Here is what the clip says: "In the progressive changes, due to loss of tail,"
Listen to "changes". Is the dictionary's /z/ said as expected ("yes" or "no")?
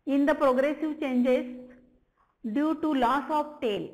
no